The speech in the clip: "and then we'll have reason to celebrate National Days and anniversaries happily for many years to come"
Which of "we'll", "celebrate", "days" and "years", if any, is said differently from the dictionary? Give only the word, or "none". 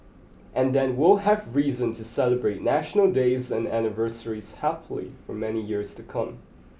none